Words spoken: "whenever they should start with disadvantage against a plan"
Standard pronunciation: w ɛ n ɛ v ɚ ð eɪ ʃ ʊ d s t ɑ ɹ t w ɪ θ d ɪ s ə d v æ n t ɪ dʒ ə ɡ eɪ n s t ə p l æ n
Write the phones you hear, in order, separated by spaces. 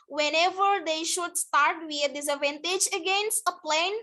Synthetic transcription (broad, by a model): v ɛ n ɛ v ɚ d eɪ ʃ ʊ d s t ɑ ɹ t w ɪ d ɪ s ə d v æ n t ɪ dʒ ə ɡ eɪ n s t ə p l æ n